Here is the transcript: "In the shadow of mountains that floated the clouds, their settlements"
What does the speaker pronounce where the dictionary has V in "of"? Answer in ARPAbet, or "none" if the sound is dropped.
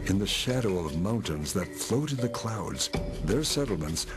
V